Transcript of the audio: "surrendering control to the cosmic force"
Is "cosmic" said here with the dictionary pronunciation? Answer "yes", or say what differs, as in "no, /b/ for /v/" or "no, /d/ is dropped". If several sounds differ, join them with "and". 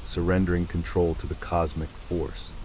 yes